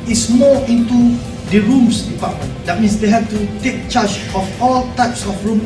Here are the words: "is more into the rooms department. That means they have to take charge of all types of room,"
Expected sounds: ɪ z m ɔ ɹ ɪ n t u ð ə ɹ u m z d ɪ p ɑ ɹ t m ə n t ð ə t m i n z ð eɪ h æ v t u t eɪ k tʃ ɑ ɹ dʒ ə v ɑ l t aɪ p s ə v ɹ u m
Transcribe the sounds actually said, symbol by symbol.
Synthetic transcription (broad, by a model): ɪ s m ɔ ɪ n t u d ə ɹ u m s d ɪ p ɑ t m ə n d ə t m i n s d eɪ h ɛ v t u t eɪ k tʃ ɑ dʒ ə f ɑ l t aɪ p s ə f ɹ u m